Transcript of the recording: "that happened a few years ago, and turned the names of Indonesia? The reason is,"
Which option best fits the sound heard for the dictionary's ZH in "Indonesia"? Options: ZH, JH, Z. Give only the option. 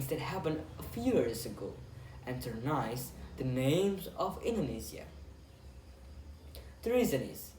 Z